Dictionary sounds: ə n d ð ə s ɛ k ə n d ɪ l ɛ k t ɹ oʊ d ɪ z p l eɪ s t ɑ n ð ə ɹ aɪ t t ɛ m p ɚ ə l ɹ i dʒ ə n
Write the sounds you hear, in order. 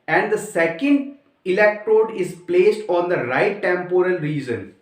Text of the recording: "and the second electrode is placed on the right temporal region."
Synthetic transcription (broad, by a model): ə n d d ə s ɛ k ə n d ɪ l ɛ k t ɹ oʊ d ɪ z p l eɪ s t ɑ n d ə ɹ aɪ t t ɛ m p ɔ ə l ɹ i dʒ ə n